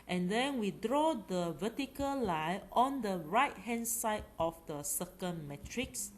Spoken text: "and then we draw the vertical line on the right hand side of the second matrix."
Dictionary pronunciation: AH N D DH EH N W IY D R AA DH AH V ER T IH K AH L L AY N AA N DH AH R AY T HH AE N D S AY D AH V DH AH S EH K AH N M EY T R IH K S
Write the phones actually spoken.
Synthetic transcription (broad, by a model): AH N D EH N W IY D R AA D AH V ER T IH K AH L L AY AA N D AH R AY T HH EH N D S AY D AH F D AH S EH K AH N M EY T R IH K S